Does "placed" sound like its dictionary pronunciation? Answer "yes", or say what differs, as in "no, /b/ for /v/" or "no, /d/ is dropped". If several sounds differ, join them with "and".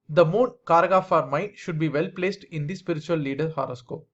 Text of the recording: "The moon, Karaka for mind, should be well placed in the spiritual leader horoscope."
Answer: yes